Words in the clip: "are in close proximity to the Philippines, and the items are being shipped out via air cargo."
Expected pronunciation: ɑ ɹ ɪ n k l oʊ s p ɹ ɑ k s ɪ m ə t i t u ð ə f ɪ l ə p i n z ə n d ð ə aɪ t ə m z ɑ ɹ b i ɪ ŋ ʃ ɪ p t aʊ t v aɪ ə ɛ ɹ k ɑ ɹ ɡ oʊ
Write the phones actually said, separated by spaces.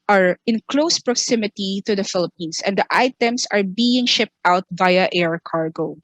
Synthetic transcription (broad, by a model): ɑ ɹ ɪ n k l oʊ s p ɹ ɑ k s ɪ m ə t i t u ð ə f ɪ l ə p i n s ə n d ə aɪ t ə m s ɑ ɹ b i ɪ ŋ ʃ ɪ p t aʊ t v aɪ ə ɛ ɹ k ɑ ɹ ɡ oʊ